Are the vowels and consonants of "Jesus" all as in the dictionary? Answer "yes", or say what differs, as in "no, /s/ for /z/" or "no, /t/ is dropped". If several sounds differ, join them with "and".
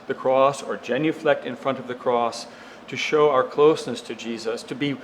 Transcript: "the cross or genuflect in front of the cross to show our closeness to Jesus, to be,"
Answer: yes